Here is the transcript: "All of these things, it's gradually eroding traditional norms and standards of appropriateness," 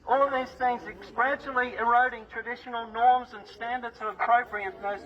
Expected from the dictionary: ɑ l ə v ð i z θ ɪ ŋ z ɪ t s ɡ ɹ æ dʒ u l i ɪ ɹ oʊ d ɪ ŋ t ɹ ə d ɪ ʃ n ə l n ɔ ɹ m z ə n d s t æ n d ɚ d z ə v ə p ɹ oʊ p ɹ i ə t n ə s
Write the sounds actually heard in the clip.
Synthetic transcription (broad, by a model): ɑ l ə v ð i z θ ɪ ŋ z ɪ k s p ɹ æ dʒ l i ɪ ɹ oʊ d ɪ ŋ t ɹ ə d ɪ ʃ n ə l n ɔ ɹ m z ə n s t æ n d ɚ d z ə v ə p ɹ oʊ p ɹ i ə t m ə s